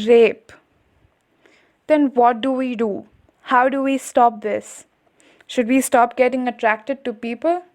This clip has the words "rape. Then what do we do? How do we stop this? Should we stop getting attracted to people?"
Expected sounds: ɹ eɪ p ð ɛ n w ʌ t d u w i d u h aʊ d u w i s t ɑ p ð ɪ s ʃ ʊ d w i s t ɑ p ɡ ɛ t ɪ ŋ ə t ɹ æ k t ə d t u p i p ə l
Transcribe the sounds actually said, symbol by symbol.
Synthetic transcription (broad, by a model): ɹ eɪ p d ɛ n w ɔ t d u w i d u h aʊ d u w i s t ɑ p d ɪ s ʃ ʊ d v i s t ɑ p ɡ ɛ t ɪ ŋ ə t ɹ æ k t ə d t u p i p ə l